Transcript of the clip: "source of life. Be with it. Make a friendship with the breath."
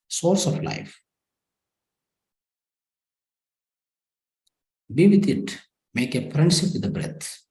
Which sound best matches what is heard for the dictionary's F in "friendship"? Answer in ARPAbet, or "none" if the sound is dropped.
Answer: P